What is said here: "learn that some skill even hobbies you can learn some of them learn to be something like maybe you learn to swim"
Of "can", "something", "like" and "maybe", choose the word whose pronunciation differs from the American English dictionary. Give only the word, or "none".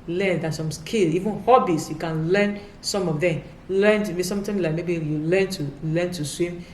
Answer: something